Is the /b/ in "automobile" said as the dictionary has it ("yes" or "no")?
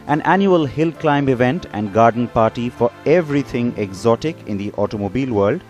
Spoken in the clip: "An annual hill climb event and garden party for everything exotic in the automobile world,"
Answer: yes